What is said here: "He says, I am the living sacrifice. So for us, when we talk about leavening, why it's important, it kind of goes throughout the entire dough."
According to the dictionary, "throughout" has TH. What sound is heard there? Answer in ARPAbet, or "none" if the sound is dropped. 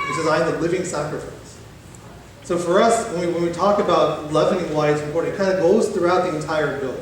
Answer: TH